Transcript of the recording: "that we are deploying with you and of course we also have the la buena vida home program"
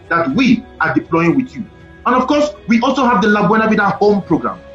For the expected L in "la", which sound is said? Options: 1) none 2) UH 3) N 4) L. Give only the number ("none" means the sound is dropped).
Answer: 4